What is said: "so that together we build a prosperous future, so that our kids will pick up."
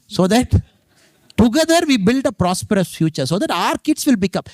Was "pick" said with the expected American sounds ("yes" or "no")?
no